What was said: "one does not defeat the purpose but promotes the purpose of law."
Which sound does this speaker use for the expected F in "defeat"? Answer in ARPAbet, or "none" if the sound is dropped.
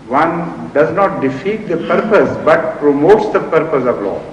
F